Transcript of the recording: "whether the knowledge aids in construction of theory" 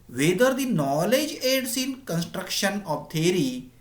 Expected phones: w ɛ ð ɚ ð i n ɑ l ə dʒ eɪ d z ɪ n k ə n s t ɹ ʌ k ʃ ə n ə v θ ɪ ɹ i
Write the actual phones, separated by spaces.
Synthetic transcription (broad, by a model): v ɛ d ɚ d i n ɑ l ə dʒ eɪ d s ɪ n k ə n s t ɹ ʌ k ʃ ə n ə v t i ɹ i